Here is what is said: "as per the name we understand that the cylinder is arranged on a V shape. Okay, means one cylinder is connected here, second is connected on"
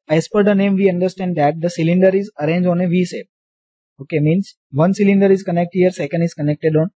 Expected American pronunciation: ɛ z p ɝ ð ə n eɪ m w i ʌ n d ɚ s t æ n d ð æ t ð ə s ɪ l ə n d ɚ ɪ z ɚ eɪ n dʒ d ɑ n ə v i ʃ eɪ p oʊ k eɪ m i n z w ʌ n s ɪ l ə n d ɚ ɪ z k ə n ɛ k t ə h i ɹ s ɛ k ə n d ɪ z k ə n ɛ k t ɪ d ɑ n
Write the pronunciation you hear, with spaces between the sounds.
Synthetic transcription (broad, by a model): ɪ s p ɝ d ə n eɪ m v i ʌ n d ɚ s t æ n d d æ t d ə s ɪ l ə n d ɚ ɪ z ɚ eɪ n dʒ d ɑ n ə v i s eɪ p oʊ k eɪ m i n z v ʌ n s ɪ l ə n d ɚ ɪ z k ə n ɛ k t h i ɹ s ɛ k ə n d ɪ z k ə n ɛ k t ɪ d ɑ n